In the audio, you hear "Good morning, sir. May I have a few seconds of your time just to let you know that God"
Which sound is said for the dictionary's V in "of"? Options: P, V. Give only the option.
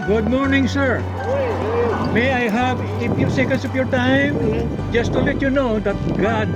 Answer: P